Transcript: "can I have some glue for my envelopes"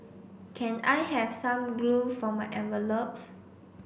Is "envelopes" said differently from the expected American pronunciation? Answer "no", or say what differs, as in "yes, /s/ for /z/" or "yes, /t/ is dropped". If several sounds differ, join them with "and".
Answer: yes, /n/ is dropped